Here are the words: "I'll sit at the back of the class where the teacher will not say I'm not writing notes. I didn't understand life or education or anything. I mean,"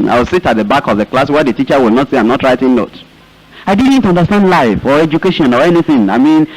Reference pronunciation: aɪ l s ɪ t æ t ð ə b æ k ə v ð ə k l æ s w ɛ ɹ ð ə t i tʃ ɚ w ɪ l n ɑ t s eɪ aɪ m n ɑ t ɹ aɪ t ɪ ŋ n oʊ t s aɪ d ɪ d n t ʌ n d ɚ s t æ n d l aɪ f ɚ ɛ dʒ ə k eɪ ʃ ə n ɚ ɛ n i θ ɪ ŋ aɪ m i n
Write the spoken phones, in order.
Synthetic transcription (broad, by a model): aɪ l s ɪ t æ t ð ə b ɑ k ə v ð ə k l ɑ s w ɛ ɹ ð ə t i tʃ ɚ w ɪ l n ɑ t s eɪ aɪ m n ɑ t ɹ aɪ t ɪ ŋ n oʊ t aɪ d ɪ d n t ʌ n d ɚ s t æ n d l aɪ f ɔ ɛ dʒ ə k eɪ ʃ ə n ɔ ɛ n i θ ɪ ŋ aɪ m i n